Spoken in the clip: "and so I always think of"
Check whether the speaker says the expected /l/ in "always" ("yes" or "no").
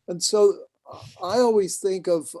yes